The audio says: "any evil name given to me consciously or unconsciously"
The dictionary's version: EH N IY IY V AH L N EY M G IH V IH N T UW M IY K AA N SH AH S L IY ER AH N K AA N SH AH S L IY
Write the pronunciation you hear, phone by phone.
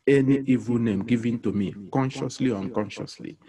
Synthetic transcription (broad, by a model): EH N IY IY V AH L N EY M G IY V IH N T UW M IY K AA N SH AH S L IY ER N K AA N SH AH S L IY